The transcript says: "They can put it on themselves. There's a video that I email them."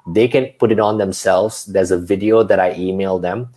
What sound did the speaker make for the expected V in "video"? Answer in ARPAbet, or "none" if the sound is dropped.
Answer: V